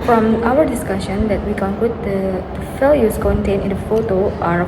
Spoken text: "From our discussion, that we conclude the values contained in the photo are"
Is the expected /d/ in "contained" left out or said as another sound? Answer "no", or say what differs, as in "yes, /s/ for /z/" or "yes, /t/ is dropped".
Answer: yes, /d/ is dropped